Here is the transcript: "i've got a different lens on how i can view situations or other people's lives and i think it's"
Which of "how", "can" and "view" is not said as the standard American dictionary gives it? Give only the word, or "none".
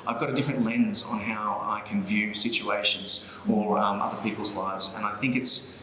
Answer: none